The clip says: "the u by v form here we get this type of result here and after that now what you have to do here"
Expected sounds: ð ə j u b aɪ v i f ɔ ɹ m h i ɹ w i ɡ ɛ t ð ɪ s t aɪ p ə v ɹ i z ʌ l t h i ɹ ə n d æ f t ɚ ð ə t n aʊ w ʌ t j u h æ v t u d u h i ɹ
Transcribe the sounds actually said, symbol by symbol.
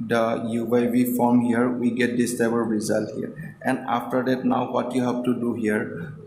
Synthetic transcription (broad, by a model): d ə j u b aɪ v i f ɔ ɹ m h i ɹ w i ɡ ɛ t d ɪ s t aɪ b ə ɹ ɹ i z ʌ l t h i ɹ ə n d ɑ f t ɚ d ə t n aʊ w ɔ t j u h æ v t u d u h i ɹ